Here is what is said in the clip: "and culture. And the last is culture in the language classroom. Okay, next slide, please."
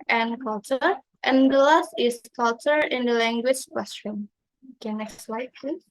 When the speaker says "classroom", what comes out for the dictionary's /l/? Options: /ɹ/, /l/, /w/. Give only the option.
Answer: /w/